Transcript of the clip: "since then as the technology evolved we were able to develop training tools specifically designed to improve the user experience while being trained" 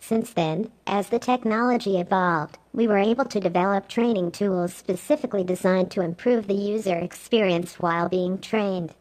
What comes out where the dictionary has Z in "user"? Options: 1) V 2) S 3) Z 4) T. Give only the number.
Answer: 3